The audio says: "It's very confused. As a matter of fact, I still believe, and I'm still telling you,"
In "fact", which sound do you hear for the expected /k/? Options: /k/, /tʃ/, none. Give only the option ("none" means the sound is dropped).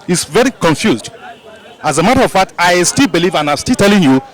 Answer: none